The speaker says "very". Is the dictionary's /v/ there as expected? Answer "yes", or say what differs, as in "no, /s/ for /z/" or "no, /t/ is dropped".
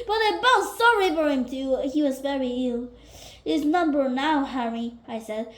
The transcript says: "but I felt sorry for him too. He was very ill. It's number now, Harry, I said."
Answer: yes